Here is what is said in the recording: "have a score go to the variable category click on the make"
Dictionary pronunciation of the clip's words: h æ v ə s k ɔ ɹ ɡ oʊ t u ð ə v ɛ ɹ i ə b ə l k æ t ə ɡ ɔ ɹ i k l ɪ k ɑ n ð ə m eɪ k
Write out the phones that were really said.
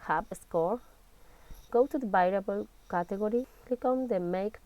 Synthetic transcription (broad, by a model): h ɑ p ə s k ɔ ɹ ɡ oʊ t u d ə b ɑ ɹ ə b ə l k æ t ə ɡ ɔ ɹ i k ɪ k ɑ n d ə m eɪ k